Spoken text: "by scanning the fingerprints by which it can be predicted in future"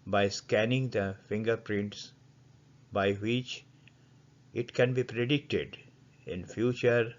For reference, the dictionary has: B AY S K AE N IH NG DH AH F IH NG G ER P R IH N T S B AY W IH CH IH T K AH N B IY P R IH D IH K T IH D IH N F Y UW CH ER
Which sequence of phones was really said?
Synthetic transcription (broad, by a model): B AY S K AE N IH NG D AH F IH NG G ER P R IH N T S B AY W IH CH IH T K AH N B IY P R IH D IH K T IH D IH N F Y UW CH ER